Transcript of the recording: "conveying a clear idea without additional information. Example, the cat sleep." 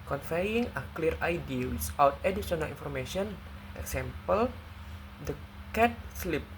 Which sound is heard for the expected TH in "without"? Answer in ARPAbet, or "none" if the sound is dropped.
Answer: S